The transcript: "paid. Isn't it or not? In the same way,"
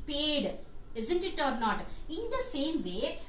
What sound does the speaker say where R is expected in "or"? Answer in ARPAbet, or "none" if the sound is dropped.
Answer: R